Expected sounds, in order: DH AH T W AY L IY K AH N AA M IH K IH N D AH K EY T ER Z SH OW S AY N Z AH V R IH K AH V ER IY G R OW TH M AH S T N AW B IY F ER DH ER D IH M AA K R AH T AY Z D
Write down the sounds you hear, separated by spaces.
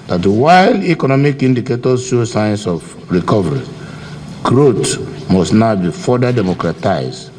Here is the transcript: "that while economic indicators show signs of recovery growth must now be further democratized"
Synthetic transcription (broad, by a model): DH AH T W AY L IY K AH N AA M IH K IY N D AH K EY T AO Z SH OW S AY N S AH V R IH K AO V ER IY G R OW T M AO S T N AW B IY F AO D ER D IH M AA K R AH T AY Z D